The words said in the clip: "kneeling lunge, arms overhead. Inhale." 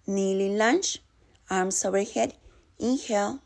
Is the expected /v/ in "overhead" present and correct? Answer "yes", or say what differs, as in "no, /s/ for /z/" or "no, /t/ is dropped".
no, /v/ is dropped